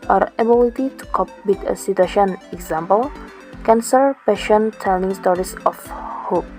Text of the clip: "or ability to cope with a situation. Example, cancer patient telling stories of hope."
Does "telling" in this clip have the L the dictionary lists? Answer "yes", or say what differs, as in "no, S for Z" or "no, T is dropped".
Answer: no, N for L